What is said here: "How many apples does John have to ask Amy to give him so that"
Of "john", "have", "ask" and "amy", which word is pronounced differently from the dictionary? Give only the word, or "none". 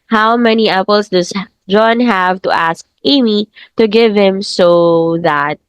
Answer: none